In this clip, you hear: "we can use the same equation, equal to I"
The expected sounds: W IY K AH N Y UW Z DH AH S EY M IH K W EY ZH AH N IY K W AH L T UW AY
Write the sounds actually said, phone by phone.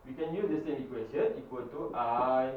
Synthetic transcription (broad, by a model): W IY K AH N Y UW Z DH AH S EY M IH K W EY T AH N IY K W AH N T UW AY